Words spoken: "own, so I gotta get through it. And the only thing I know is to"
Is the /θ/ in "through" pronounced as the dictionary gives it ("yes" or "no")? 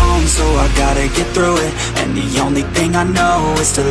yes